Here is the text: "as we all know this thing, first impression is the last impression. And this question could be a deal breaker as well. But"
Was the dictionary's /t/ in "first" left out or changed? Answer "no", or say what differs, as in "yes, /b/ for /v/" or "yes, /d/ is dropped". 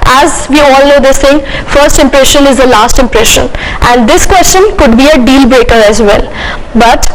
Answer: no